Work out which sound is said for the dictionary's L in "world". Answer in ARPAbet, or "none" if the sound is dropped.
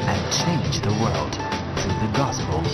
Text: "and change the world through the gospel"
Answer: L